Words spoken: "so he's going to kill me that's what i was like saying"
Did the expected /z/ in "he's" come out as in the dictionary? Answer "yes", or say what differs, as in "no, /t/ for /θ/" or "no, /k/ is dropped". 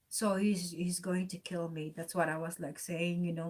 yes